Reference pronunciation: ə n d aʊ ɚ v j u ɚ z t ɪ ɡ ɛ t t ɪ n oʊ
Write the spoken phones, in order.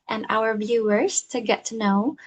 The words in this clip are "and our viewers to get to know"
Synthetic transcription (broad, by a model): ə n aʊ ɚ v j u ɚ z t ɪ ɡ ɛ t t ɪ n oʊ